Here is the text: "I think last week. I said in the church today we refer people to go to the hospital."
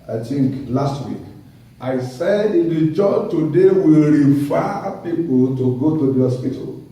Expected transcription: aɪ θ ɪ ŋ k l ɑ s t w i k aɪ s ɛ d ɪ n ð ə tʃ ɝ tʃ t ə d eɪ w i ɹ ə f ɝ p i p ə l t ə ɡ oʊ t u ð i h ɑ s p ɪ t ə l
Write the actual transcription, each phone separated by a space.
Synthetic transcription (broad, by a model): aɪ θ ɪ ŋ k l ɑ s t w i k aɪ s ɛ d ɪ n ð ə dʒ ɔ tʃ t ə d eɪ w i ɹ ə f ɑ p i p ə l t ə ɡ oʊ t u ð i h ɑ s p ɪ t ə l